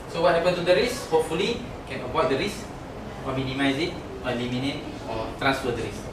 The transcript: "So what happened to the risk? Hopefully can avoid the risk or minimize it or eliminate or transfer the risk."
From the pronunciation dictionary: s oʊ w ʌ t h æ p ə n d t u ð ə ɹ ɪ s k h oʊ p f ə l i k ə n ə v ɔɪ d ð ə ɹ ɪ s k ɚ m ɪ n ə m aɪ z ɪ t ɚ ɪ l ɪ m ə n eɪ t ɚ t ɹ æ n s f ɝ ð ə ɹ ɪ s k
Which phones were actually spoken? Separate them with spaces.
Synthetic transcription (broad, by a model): s oʊ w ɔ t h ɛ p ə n t u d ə ɹ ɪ s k h oʊ p f ə l i k ə n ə p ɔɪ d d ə ɹ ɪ s ɔ m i n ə m aɪ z ɪ t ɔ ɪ l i m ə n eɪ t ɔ t ɹ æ n s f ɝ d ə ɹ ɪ s